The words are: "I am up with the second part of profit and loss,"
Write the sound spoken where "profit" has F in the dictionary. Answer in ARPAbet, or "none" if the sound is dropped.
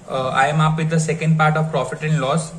F